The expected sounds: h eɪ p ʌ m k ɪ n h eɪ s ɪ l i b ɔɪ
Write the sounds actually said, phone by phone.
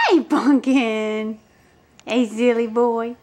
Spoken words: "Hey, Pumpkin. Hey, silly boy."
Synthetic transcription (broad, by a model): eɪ b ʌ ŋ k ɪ n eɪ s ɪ l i b ɔɪ